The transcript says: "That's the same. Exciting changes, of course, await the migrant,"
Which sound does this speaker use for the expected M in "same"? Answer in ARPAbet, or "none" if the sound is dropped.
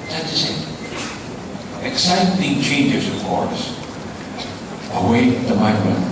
none